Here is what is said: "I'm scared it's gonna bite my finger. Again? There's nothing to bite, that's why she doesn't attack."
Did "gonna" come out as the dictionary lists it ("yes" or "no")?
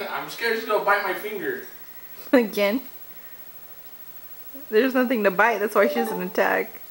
no